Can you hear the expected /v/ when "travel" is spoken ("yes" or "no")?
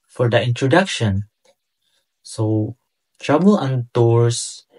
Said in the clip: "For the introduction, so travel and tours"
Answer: no